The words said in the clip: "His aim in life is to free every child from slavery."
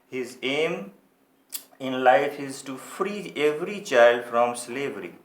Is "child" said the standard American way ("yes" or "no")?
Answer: yes